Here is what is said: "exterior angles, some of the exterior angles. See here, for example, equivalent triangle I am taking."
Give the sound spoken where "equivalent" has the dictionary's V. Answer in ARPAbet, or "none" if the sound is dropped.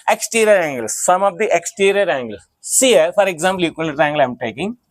none